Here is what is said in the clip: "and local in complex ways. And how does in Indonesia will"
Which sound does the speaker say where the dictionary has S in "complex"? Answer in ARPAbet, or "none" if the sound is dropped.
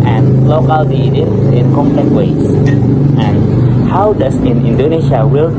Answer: none